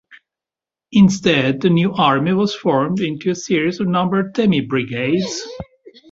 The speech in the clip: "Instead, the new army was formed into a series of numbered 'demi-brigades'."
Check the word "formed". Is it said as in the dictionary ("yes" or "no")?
yes